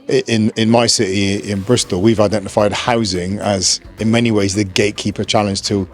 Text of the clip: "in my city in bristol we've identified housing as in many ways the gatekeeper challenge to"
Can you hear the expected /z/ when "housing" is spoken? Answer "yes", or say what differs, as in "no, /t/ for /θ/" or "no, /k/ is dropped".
yes